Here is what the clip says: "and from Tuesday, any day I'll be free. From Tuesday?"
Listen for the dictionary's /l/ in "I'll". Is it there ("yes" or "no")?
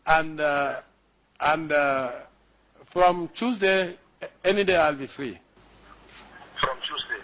yes